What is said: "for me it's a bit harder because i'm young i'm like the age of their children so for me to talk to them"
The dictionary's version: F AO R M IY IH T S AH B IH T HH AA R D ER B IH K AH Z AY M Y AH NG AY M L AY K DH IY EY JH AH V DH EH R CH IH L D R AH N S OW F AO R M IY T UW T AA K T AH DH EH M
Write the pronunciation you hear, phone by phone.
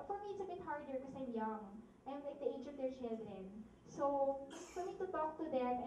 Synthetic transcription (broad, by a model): F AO R M IY IH T S AH B IH T HH AA R D ER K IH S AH AY M Y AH NG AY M L AY K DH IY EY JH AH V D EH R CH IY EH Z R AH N S OW F AO R M IY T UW T AA K T AH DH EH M